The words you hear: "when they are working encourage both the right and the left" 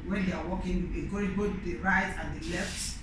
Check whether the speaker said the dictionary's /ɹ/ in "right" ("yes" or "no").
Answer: yes